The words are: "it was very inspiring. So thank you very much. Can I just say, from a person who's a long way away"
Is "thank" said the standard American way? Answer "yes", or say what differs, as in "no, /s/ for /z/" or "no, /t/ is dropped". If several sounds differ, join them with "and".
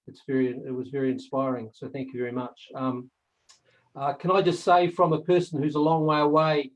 yes